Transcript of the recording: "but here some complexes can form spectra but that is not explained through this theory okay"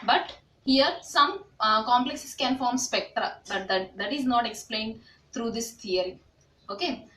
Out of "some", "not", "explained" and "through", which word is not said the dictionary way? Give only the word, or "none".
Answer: through